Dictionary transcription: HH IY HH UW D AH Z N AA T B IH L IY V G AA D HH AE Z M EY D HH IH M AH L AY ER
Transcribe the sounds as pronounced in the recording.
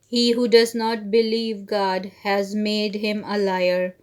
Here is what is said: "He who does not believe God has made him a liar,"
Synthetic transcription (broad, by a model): HH IY HH UW D AH Z N AA T B IH L IY V G AA D HH AE Z M EY D HH IH M AH L AY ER